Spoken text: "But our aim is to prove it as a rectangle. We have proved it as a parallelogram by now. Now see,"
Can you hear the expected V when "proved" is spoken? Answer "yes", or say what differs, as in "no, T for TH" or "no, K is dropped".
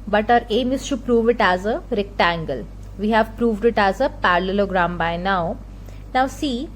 yes